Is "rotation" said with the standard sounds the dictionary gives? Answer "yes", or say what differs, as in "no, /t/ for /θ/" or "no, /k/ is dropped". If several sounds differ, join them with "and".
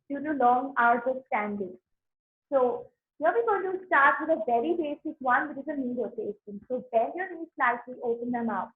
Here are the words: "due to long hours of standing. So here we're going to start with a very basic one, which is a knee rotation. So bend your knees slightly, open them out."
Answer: no, /s/ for /ʃ/